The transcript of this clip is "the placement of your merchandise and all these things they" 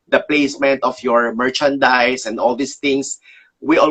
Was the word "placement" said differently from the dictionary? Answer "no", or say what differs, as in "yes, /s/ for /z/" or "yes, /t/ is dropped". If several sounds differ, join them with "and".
no